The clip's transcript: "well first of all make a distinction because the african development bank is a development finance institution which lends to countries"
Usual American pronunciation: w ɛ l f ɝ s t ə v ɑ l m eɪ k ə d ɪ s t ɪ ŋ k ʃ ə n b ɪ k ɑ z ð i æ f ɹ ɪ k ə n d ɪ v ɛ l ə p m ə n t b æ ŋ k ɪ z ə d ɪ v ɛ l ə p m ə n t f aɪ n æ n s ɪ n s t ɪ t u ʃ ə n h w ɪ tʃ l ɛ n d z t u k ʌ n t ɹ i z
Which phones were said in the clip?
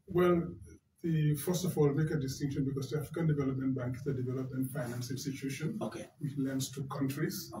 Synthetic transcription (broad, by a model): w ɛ l f ɝ s t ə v ɑ l m eɪ k ə d ɪ s t ɪ ŋ k ʃ ə n b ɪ k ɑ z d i æ f ɹ ɪ k ə n d ɪ v ɛ l ə p m ə n t b æ ŋ k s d ə d ɪ v ɛ l ə p m ə n t f aɪ n æ n s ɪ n s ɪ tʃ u ʃ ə n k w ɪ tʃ l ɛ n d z t u k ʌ n t ɹ i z